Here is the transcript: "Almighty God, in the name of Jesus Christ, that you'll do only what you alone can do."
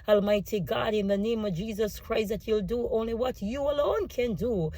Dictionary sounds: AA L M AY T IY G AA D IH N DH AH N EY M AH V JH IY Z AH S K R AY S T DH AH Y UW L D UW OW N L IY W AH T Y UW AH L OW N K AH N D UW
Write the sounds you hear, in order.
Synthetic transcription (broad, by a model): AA L M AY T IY G AA D IH N DH AH N EY M AH V JH IY Z AH S K R AY S T DH AH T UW L D UW OW N L IY W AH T Y UW AH L OW N K AH N D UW